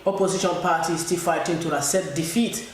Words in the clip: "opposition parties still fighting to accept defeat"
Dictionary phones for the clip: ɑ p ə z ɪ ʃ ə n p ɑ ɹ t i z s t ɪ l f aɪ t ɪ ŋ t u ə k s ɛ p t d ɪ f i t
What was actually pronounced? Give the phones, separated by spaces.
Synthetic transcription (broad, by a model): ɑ p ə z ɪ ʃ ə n p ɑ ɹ t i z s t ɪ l f aɪ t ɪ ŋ t u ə s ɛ t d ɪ f i t